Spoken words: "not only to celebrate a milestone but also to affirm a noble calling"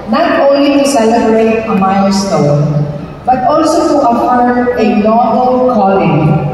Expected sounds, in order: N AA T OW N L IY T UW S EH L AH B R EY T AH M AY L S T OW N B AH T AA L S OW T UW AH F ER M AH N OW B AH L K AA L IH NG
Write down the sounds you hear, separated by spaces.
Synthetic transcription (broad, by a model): N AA T OW N L IY T UW S EH L AH B R EY T AH M AY L S T OW N B AH T AA L S OW T UW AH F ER AH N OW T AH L K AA L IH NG